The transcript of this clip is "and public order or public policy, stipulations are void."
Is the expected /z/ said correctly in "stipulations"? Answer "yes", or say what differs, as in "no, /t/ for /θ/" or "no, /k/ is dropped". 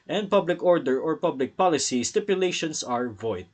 no, /s/ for /z/